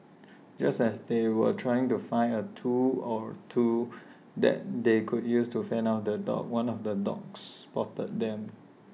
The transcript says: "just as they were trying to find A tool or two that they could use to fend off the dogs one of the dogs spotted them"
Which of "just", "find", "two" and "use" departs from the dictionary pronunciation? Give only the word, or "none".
find